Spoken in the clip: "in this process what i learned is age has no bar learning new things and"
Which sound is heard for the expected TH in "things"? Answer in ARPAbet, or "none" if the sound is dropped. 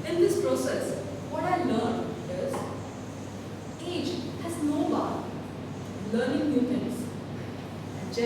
F